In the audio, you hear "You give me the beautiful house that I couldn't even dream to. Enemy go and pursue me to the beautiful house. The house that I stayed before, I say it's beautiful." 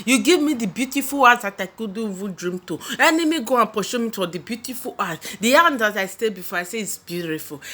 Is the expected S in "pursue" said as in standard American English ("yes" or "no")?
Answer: no